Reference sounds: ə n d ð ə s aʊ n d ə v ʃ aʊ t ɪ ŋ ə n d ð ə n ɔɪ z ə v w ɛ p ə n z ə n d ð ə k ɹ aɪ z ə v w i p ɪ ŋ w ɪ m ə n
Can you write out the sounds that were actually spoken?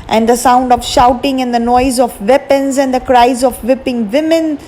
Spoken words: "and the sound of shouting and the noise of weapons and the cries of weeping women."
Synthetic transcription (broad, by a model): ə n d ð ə s aʊ n d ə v ʃ aʊ t ɪ ŋ ə n d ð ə n ɔɪ z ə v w ɛ p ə n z ə n d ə k ɹ aɪ z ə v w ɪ p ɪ ŋ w ɪ m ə n